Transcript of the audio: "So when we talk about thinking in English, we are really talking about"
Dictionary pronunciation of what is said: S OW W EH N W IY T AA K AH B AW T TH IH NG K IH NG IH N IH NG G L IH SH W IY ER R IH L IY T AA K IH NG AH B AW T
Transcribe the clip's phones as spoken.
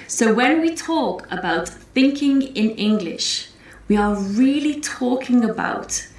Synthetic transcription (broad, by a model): S OW W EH N W IY T AA K AH B AW T TH IH NG K IH NG IH N IH NG G L IH SH W IY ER R IH L IY T AA K IH NG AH B AW T